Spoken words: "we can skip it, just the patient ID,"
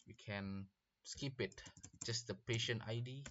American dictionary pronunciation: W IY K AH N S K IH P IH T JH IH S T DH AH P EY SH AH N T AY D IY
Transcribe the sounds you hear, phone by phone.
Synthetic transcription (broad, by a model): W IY K AH N S K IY P IH T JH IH S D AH P EY SH AH N T AY D IY